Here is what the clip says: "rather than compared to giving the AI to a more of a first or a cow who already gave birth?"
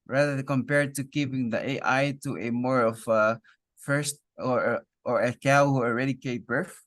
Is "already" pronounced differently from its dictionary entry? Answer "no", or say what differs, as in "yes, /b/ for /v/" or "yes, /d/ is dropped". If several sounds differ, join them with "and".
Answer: no